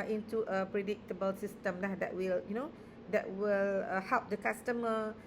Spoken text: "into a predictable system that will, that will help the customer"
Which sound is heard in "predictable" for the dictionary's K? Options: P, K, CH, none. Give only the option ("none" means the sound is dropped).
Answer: K